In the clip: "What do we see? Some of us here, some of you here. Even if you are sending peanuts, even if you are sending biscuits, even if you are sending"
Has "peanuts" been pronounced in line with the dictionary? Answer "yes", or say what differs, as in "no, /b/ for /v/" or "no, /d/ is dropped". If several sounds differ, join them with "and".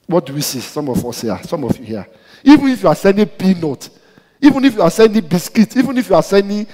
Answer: no, /s/ is dropped